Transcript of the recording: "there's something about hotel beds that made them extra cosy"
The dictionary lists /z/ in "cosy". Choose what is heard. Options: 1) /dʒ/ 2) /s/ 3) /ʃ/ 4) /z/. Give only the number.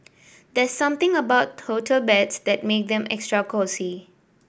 2